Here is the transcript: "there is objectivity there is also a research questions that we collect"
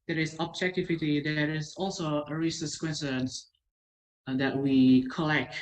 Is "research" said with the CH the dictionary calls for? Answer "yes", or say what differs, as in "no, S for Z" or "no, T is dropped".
no, S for CH